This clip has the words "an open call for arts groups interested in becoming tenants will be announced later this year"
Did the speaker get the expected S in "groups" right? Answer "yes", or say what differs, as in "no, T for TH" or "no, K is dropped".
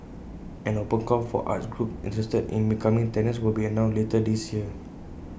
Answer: no, S is dropped